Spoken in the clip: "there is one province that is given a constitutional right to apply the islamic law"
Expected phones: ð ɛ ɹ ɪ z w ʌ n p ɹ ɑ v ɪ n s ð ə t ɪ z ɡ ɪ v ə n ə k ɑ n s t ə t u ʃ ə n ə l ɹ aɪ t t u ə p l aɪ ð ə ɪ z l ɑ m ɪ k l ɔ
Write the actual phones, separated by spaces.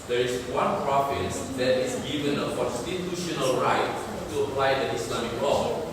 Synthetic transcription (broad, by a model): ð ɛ ɹ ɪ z w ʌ n p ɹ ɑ f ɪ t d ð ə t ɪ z ɡ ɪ v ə n ə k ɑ n s t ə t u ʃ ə n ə l ɹ aɪ t t u ə p l aɪ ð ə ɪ s l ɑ m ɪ k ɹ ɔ